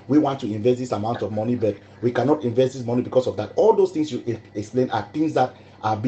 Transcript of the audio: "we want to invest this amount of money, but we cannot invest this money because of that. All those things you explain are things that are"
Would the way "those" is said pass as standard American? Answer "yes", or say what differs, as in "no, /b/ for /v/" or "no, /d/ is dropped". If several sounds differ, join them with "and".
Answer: no, /s/ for /z/